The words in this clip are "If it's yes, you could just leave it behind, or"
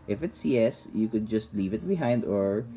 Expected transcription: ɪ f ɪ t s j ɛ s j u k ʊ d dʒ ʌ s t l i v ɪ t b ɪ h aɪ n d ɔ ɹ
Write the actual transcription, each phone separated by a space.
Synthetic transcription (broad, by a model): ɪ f ɪ t s j ɛ s j u k ʊ d dʒ ʌ s t l i v ɪ t b ɪ h aɪ n d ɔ ɹ